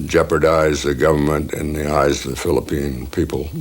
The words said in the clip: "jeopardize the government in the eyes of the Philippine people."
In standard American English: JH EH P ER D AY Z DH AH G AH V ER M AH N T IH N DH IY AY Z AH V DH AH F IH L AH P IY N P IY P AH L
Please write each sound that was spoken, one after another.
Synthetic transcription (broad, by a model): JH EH P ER D AY Z DH AH G AH V ER M AH N T IH N DH IY AY Z AH V DH AH F IH L AH P IY N P IY P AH L